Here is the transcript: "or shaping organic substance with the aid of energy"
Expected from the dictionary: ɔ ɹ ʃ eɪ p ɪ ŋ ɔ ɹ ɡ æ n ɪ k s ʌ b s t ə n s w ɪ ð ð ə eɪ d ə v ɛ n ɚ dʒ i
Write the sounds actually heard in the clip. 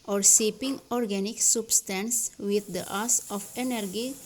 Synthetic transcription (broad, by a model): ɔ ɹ s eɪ p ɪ ŋ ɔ ɹ ɡ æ n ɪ k s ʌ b s t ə n s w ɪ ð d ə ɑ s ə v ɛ n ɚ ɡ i